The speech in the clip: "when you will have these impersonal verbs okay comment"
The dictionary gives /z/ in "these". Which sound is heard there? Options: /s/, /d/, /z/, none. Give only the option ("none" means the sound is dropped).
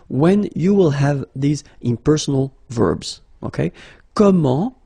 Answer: /z/